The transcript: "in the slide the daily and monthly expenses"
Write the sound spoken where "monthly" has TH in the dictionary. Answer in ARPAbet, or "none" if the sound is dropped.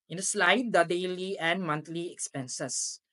T